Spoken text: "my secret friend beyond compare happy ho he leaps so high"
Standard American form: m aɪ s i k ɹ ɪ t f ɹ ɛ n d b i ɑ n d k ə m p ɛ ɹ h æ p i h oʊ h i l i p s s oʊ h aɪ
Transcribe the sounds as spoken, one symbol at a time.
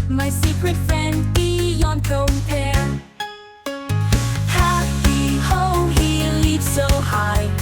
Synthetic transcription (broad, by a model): m aɪ s i k ɹ ɪ t f ɹ ɛ n d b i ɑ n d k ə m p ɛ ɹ h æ i h oʊ h i l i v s s oʊ h aɪ